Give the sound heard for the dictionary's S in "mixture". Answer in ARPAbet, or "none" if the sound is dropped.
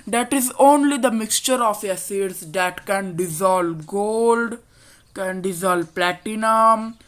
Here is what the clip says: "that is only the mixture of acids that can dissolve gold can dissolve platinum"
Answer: S